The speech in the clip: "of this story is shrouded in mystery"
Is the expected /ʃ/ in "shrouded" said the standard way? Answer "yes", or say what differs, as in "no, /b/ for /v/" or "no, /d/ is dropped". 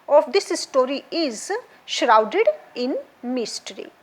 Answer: yes